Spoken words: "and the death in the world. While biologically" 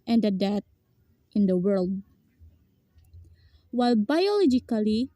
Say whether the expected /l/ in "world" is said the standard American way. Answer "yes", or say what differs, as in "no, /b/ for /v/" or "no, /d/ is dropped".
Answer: yes